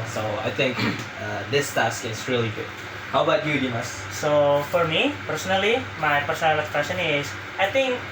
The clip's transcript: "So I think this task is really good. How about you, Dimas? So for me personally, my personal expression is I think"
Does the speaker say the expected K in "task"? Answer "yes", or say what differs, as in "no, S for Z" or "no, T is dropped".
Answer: yes